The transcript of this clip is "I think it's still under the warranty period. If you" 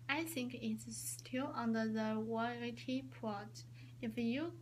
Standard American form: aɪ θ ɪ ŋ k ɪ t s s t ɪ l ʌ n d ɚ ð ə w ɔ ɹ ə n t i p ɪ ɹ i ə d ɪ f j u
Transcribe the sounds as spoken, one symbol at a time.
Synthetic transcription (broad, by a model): aɪ θ ɪ ŋ k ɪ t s s t ɪ l ʌ n d ɚ ð ə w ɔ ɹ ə t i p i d ɪ f j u